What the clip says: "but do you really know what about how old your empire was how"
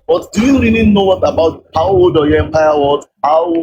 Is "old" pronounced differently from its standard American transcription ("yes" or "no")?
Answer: yes